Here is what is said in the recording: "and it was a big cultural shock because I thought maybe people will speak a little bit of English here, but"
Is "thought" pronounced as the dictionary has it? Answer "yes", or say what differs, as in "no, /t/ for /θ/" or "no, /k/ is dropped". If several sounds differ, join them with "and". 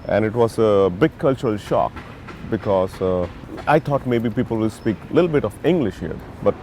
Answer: no, /t/ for /θ/